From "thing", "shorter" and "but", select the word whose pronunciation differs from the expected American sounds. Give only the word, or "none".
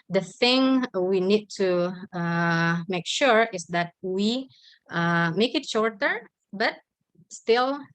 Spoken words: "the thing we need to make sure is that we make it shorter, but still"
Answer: none